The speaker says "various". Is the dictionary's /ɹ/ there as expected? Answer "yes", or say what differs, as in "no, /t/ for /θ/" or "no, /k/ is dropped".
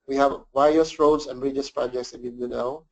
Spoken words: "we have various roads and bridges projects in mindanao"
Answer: no, /ɹ/ is dropped